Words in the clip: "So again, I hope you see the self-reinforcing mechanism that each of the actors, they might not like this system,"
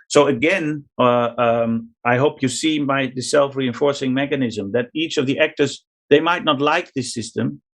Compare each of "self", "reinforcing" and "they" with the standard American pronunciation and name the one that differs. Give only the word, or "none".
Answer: none